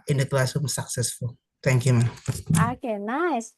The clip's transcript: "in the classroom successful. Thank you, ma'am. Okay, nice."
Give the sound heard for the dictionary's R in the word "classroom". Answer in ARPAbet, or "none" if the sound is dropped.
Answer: none